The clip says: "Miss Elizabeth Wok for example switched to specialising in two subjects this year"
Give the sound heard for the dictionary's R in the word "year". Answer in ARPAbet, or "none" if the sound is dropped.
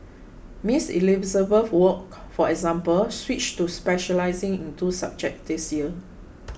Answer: L